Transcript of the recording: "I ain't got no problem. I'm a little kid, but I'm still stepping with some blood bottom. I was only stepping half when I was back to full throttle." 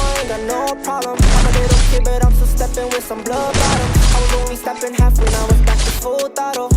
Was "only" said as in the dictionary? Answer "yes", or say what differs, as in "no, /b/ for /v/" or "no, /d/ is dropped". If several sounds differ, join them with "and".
no, /w/ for /l/